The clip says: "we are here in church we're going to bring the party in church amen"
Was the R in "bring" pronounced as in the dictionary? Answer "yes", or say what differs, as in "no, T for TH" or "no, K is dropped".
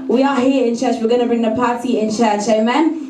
yes